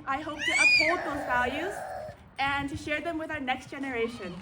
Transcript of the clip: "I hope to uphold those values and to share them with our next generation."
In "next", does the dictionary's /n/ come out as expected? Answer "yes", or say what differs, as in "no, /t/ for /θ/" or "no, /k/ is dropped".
yes